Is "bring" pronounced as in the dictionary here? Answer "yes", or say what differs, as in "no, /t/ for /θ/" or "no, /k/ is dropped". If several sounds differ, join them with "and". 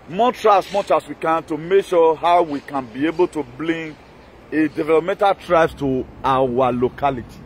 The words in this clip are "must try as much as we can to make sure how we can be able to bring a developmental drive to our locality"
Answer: no, /l/ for /ɹ/